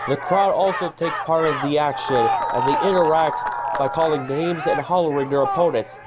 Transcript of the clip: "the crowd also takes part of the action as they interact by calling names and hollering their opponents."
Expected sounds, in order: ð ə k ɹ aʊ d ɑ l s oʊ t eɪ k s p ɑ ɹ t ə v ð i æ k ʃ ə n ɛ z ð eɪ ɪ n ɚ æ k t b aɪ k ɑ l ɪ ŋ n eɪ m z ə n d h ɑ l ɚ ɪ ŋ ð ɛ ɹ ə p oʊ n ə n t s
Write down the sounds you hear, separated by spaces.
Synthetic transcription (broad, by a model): ð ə k ɹ aʊ d ɑ l s oʊ t eɪ k s p ɑ ɹ t ə v ð i æ k ʃ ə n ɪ z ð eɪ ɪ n ɚ æ k t b aɪ k ɑ l ɪ ŋ n eɪ m z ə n h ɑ l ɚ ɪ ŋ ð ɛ ɹ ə p oʊ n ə n t s